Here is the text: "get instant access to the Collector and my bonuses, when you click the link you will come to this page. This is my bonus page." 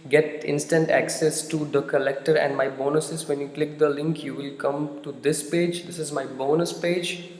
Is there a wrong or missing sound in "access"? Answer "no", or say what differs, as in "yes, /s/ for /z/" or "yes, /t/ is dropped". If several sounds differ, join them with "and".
no